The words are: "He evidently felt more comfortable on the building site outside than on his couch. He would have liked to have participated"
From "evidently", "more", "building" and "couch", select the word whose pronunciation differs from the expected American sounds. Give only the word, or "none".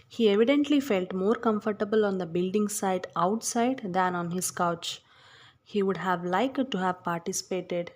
none